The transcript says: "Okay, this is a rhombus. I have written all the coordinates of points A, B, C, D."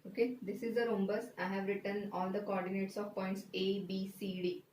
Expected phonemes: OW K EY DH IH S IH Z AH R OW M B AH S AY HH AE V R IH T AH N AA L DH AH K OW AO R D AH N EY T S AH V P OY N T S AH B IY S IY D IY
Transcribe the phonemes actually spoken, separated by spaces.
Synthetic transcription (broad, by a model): OW K EY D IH S IH Z AH R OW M B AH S AY HH AE V R IH T AH N AA L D AH K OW AO R D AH N EY T S AH V P OY N T S AH B IY S IY D IY